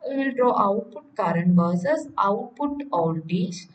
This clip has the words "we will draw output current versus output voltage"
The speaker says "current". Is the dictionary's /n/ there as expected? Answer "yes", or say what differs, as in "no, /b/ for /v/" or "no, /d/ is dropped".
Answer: yes